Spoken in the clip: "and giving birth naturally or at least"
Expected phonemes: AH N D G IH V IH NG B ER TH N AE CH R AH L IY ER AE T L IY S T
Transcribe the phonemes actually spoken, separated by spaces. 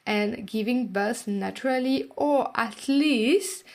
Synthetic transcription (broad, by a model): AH N G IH V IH NG B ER S N AE CH R AH L IY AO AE T L IY S T